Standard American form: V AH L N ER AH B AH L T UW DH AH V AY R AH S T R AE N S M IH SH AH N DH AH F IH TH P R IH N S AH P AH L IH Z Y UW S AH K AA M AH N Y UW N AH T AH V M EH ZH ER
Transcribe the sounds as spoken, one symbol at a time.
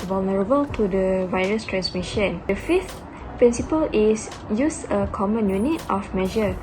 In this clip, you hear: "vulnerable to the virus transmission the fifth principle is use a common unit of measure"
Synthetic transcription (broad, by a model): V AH L N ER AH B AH L T UW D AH V AY R AH S T R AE N S M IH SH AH N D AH F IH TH P R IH N S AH P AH L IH S Y UW S AH K AA M AH N Y UW N AH T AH F M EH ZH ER